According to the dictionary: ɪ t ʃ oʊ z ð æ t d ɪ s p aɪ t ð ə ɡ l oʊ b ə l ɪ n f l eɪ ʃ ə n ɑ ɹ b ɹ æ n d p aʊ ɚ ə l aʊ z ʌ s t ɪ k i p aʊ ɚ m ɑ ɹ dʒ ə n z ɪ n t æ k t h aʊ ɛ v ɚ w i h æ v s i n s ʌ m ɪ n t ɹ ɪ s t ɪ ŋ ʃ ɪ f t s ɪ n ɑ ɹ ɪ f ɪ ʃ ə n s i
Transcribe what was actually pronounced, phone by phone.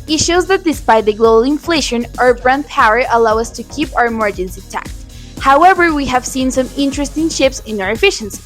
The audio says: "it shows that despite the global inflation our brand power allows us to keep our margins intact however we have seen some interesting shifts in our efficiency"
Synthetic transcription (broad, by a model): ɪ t ʃ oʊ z ð æ t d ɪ s p aɪ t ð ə ɡ l oʊ b ə l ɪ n f l eɪ ʃ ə n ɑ ɹ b ɹ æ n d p aʊ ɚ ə l aʊ ʌ s t ɪ k i p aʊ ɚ m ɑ ɹ dʒ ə n s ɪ t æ k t h aʊ ɛ v ɚ w i h æ v s i n s ʌ m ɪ n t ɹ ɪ s t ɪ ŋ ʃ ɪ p s ɪ n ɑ ɹ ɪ f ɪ ʃ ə n s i